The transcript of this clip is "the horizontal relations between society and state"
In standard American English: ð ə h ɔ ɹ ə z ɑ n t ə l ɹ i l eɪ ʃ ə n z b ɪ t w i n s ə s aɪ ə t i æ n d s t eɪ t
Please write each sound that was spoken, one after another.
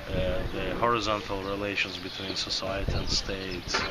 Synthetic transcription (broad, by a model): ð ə h ɔ ɹ ə z ɑ n t ə l ɹ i l eɪ ʃ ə n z b ɪ t w i n s ə s aɪ ə t i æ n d s t eɪ t